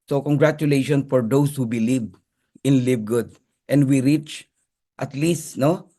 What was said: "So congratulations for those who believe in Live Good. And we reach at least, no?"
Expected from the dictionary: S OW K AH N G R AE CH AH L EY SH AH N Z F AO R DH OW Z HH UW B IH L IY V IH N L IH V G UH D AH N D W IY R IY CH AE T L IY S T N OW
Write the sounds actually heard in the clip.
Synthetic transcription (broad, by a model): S OW K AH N G R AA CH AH L EY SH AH N F AO R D OW S HH UW B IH L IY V IH N L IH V G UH D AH N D W IY R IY CH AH T L IY S T N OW